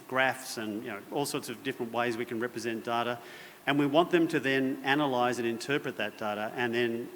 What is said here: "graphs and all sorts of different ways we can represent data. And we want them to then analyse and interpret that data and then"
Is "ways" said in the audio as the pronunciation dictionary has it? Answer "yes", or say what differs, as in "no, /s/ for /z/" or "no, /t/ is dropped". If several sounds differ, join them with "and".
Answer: yes